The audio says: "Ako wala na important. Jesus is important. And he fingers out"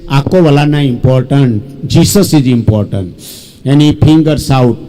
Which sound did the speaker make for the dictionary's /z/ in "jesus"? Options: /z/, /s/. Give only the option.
/s/